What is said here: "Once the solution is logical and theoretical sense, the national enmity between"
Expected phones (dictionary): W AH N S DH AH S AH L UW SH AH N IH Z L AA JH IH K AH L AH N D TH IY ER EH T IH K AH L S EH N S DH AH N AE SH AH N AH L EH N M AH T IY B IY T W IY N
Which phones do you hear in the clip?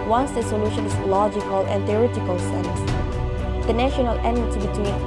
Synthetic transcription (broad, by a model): W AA N S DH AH S AH L UW SH AH N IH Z L AA JH IH K AH L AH N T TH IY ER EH T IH K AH L S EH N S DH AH N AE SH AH N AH L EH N AH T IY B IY T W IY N